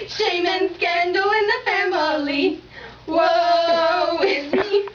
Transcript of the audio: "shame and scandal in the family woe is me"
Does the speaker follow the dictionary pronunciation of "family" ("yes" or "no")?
yes